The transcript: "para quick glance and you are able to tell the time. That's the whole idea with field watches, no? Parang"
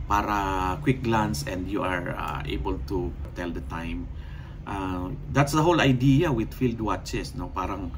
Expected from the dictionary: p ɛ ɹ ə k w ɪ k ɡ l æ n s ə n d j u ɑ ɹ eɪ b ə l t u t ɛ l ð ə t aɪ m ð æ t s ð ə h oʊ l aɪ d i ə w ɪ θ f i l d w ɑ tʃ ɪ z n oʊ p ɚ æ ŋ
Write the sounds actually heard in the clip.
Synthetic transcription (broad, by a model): p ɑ ɹ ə k w ɪ k ɡ l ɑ n s ə n d j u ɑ ɹ eɪ b ə l t u t ɛ l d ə t aɪ m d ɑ t s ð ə h oʊ l aɪ d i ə w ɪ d f i l d w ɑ tʃ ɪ s n oʊ p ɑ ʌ ŋ